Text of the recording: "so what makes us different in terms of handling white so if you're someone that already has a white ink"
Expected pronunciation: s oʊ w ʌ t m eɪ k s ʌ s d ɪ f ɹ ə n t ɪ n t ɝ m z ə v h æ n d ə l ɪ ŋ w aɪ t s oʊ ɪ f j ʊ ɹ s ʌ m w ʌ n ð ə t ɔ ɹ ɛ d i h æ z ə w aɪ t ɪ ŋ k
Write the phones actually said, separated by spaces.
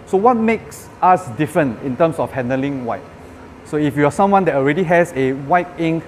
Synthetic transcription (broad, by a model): s oʊ w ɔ t m eɪ k s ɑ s d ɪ f ɹ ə n ɪ n t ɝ m s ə f h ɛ n d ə l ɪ ŋ w aɪ t s oʊ ɪ f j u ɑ s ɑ m w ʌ n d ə t ɔ ɹ ɛ d i h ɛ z ə w aɪ t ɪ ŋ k